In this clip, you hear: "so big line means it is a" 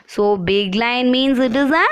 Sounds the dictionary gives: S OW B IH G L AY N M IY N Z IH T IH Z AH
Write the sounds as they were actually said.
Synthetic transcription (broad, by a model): S OW B IH G L AY N M IY N Z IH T IH Z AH